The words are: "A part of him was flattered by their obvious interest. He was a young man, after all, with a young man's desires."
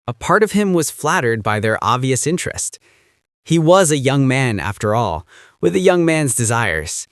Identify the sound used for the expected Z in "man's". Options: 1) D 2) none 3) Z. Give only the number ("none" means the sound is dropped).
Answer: 3